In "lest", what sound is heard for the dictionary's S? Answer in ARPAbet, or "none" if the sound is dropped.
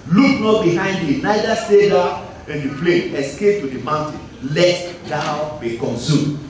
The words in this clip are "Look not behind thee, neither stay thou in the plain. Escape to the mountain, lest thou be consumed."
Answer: none